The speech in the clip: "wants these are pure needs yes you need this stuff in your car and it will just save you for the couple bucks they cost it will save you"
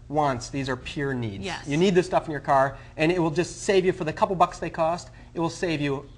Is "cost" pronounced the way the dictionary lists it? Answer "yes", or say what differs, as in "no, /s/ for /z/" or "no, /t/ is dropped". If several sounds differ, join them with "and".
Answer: yes